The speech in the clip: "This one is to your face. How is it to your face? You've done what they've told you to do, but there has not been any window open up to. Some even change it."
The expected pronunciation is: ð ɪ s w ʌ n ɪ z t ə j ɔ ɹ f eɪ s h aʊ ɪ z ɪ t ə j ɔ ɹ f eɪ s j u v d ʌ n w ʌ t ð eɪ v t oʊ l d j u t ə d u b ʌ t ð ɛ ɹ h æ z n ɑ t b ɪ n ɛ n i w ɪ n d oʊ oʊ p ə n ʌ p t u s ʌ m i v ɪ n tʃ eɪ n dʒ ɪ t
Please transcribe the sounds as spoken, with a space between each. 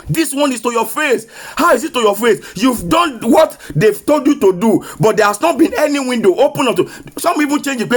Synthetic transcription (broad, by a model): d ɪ s w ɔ n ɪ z t ə j ɔ f eɪ s h aʊ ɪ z ɪ t ə j ɔ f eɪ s j u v d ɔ n w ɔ t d eɪ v t oʊ l d j u t ə d u b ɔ t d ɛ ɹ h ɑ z n ɑ t b ɪ n ɛ n i w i n d oʊ oʊ p ə n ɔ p t u s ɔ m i p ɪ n tʃ eɪ n dʒ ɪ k